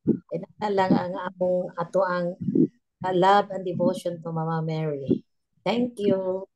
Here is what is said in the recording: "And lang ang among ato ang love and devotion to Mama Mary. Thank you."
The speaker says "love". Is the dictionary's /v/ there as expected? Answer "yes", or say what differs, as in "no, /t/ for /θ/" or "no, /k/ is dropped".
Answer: no, /b/ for /v/